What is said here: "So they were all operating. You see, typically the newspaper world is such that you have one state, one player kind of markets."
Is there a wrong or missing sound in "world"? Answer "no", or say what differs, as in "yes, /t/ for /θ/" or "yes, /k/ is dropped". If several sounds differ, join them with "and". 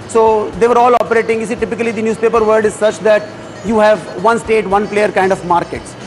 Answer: yes, /l/ is dropped